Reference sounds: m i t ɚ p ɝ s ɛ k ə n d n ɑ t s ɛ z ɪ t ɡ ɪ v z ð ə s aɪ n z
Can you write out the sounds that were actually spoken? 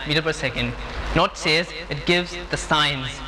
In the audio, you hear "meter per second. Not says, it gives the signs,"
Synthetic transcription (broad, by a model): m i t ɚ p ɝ s ɛ k ə n d n ɑ t s ɛ z ɪ t ɡ ɪ v z ð ə s aɪ n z